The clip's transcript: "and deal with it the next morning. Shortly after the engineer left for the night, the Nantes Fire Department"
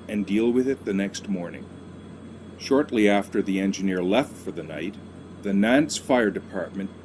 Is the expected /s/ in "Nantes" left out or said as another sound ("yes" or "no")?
no